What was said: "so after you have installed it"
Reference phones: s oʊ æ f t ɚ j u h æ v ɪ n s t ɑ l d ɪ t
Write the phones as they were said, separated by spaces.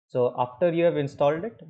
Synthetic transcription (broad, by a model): s oʊ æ f t ɚ j u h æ v ɪ n s t ɑ l d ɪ t